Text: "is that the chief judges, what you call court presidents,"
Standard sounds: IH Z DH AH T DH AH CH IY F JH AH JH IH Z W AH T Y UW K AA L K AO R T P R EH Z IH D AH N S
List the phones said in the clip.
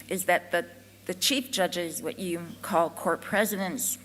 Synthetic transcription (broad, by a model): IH Z DH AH T DH AH CH IY F JH AH JH IH Z W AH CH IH K AA L K AO R T P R EH Z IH D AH N S